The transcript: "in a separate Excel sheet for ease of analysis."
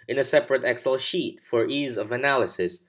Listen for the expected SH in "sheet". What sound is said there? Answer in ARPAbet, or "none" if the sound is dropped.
SH